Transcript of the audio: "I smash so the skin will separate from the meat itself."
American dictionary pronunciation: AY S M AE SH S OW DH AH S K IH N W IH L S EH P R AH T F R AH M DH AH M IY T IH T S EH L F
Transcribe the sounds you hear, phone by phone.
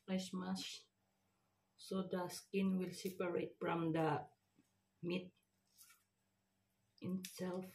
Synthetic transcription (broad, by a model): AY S M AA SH S OW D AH S K IH N W IH L S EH P R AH T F R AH M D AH M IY T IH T S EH L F